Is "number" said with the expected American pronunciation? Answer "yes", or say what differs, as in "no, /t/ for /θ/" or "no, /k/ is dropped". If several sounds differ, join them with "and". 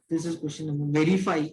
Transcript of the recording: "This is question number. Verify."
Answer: no, /b/ is dropped